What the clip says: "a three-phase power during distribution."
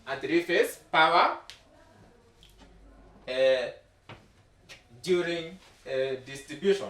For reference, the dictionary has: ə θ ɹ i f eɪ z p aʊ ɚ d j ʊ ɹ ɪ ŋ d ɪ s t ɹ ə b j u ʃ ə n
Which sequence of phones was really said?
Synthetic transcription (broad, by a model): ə t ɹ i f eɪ s p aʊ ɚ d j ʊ ɹ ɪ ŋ d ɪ s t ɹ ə b j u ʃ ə n